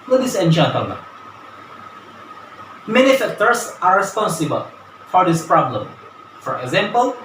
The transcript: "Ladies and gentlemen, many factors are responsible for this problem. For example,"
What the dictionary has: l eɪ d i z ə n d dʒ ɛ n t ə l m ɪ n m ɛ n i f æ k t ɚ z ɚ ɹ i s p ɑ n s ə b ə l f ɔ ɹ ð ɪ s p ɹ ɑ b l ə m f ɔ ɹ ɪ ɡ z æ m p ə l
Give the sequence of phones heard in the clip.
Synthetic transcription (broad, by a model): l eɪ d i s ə n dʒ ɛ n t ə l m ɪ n m ɛ n i f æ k t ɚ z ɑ ɹ i s p ɑ n s ə b ə l f ɔ ɹ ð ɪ s p ɹ ɑ b l ə m f ɔ ɹ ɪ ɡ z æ m p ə l